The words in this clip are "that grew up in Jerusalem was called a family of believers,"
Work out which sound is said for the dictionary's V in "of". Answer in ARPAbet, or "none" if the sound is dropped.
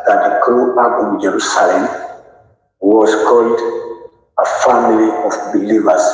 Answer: F